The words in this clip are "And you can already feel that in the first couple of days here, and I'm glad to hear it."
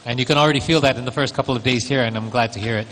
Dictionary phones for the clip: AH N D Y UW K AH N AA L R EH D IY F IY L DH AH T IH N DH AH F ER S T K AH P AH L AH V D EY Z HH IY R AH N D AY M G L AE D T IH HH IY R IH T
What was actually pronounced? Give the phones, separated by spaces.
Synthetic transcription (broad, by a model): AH N Y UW K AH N L R EH D IY F IY L DH AH T IH N DH AH F ER S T K AH P L AH V D EY Z HH IY R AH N AY M G L AE D T IH HH IY R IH T